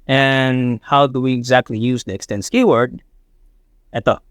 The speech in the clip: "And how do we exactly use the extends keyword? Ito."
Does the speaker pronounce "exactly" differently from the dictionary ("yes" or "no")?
no